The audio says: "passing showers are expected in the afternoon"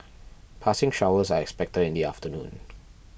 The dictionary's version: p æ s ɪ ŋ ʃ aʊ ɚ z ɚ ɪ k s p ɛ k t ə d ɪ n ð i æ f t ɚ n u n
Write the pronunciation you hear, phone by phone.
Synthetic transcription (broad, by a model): p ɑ s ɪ ŋ ʃ aʊ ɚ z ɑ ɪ k s p ɛ k t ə ɪ n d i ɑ f t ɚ n u n